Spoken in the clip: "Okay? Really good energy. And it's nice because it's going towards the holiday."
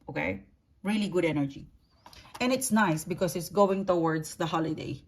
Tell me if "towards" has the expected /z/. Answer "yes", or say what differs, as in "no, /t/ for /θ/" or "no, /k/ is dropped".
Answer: no, /s/ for /z/